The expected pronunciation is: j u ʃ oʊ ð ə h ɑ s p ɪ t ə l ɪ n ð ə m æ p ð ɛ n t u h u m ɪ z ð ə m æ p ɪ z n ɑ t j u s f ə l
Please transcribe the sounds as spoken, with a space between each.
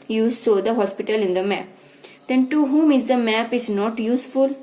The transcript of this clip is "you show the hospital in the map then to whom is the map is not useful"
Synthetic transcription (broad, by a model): j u s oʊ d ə h ɑ s p ɪ t ə l ɪ n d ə m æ p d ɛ n t u h u m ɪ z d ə m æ p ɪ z n ɑ t j u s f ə l